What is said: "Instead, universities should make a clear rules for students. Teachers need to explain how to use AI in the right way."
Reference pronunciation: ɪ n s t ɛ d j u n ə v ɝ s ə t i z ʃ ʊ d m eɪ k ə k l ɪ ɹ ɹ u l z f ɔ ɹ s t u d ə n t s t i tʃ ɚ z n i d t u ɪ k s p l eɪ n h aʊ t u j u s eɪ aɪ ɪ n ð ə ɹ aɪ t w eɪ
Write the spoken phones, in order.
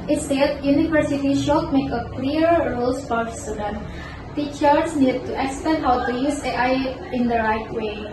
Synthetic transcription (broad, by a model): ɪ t s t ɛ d j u n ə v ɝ s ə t i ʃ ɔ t m eɪ k ə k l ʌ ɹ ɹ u l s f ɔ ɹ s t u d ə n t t i tʃ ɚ s n i d t u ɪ k s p eɪ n h aʊ t u j u s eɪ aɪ ɪ n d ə ɹ aɪ t w eɪ